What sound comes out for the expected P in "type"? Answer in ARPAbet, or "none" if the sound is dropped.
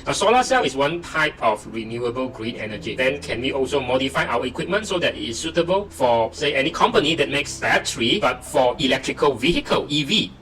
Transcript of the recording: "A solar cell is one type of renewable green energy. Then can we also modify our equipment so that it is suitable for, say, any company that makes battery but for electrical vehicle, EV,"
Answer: P